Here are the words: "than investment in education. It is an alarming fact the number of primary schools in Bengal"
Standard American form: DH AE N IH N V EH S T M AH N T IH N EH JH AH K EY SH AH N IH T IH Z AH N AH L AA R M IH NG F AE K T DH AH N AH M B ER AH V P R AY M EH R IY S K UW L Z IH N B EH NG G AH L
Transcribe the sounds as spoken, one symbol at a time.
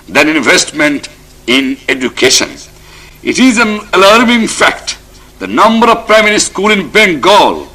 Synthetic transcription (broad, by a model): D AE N IH N V EH S T M AH N T IH N EH JH AH K EY SH AH N IH T IH Z AH N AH L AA R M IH NG F AE K T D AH N AH M B ER AH V P R AY M EH R IY S K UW L IH N B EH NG G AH L